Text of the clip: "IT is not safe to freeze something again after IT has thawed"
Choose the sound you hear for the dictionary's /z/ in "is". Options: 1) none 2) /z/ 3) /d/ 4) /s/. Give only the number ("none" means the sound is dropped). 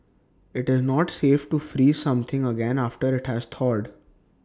2